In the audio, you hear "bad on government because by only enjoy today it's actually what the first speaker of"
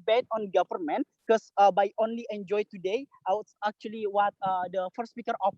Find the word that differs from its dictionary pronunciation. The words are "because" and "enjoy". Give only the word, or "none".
because